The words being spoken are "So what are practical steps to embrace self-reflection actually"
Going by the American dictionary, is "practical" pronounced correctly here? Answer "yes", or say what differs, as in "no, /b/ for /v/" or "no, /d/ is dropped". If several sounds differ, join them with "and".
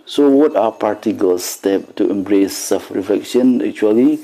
no, /ɹ/ is dropped